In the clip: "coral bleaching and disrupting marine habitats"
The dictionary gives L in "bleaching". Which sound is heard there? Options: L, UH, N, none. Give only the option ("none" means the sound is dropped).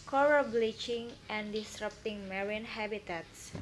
L